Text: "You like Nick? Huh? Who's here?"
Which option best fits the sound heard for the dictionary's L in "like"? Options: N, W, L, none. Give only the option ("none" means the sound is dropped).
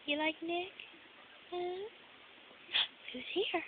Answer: L